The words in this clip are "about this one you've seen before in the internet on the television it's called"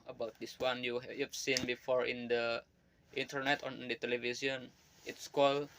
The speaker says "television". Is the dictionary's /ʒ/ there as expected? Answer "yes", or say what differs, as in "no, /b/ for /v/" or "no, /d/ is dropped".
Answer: no, /s/ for /ʒ/